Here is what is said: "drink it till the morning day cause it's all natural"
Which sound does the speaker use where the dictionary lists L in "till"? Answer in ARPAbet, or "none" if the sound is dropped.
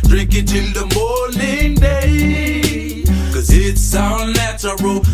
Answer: N